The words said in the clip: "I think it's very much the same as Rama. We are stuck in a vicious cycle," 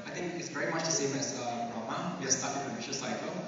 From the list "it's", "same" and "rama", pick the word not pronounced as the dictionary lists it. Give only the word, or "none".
none